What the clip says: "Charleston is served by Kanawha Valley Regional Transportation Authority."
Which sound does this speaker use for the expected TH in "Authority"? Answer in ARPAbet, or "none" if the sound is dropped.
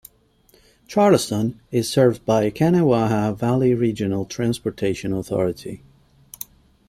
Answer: TH